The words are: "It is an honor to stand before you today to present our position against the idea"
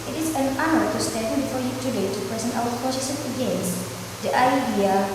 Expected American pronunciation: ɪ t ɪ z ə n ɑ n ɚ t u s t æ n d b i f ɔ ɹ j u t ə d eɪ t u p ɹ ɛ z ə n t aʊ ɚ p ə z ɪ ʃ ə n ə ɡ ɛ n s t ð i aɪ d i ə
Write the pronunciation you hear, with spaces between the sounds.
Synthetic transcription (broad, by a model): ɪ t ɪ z ə n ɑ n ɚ t u s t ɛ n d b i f ɔ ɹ j u t ə d eɪ t u p ɹ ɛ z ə n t aʊ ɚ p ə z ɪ s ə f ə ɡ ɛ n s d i aɪ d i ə